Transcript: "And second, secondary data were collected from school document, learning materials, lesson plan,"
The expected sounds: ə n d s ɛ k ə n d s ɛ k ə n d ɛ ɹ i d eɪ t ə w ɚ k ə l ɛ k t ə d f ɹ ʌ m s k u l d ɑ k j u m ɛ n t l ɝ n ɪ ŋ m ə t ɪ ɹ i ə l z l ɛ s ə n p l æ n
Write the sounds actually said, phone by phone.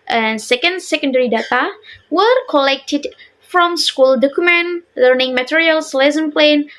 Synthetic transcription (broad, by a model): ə n s ɛ k ə n d s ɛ k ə n d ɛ ɹ i d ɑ t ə w ɚ k ə l ɛ k t ə d f ɹ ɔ m s k u l d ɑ k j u m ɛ n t l ɝ n ɪ ŋ m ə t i ɹ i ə l s l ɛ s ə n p l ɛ n